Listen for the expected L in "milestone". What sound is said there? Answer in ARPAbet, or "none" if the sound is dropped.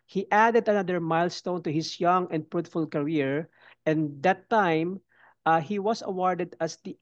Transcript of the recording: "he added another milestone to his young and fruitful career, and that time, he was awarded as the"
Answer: L